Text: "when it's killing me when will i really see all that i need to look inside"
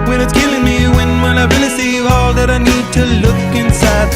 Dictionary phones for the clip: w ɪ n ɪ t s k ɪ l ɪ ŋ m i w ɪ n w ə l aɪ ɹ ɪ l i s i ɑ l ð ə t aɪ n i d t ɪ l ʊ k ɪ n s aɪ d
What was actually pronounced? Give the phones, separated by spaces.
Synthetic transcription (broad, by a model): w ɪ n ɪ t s k ɪ l ɪ ŋ m i w ɪ n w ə n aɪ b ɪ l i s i ɑ l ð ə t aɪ n i d t ɪ l ʊ k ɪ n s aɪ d